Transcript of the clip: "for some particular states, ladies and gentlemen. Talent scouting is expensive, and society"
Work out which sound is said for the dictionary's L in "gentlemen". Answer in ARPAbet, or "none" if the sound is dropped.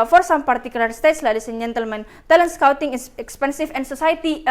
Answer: L